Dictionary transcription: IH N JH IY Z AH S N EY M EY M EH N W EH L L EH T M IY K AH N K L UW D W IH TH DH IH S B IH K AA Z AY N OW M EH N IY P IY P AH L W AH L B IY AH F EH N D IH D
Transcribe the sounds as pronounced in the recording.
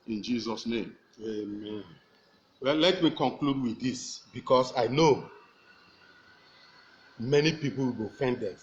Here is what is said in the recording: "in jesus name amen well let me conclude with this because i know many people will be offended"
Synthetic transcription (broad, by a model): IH N JH IY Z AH S N EY M EY M EH N W EH L L EH T M IY K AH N K L UW D W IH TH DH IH S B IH K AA S AY N OW M EH N IY P IY P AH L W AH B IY F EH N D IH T